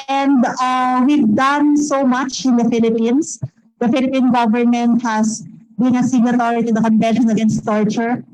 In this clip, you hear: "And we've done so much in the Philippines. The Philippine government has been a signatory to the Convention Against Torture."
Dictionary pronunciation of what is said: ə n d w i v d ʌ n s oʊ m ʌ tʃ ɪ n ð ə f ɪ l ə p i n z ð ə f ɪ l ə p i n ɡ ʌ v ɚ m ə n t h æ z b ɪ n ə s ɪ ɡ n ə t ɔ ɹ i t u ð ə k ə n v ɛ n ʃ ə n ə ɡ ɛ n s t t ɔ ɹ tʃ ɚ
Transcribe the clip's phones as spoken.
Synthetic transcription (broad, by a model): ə n d w i v d ʌ n s oʊ m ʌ tʃ ɪ n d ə f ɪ l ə p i n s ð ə f ɪ l ə p i n ɡ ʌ v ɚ m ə n t h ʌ s b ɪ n ə s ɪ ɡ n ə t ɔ ɹ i t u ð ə k ə n v ɛ n ʃ ə n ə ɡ ɛ n s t t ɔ ɹ tʃ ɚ